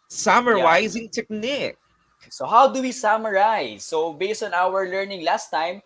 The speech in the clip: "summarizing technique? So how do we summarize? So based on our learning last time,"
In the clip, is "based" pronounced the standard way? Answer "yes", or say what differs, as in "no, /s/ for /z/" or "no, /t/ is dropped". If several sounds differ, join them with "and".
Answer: yes